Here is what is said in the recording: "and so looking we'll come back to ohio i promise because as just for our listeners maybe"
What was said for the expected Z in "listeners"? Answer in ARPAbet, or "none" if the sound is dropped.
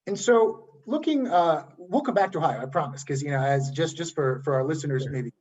Z